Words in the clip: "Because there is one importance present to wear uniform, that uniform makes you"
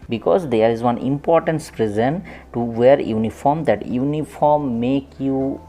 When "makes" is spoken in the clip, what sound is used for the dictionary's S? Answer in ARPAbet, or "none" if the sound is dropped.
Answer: none